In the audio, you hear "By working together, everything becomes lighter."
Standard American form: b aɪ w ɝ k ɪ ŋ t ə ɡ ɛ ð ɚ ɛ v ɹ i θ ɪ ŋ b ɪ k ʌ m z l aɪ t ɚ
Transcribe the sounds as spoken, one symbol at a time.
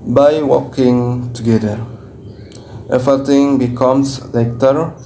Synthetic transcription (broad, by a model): b aɪ w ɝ k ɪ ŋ t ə ɡ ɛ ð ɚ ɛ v i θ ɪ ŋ b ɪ k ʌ m s l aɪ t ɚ